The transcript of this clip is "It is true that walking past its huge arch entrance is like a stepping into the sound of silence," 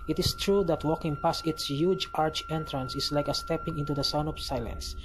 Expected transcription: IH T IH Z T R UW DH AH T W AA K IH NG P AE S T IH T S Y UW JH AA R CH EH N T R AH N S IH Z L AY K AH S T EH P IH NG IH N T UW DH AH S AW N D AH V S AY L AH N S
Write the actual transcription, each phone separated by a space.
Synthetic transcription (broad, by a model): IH T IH S T R UW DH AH T W AA K IH NG P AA S IH T S Y UW JH AA R CH EH N T R AH N S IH S L AY K AH S T EH P IH NG IH N T UW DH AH S AW N D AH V S AY L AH N S